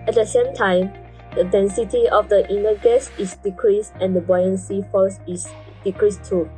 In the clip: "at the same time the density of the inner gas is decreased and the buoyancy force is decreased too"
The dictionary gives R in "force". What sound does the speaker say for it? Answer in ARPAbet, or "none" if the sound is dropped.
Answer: L